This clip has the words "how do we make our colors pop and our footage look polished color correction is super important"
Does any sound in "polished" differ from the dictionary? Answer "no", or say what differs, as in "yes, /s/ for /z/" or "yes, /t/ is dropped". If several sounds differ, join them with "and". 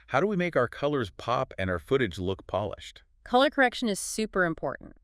no